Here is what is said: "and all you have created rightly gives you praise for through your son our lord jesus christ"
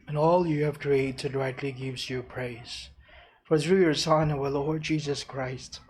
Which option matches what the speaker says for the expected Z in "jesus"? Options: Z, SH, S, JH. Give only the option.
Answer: Z